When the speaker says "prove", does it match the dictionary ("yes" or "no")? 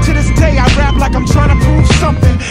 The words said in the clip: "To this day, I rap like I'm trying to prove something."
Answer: no